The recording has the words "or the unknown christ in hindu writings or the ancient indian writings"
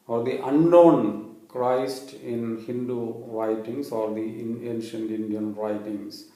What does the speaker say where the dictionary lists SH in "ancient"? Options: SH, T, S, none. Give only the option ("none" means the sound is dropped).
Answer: SH